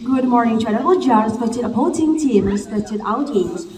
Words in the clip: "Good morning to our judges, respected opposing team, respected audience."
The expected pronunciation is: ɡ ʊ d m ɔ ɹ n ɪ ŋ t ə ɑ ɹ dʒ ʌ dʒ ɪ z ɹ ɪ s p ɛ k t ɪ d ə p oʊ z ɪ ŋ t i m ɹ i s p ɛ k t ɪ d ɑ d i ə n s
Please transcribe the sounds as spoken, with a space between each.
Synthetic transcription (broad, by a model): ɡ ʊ d m ɔ ɹ n ɪ ŋ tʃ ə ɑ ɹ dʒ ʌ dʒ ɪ ɹ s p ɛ t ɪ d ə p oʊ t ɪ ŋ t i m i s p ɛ t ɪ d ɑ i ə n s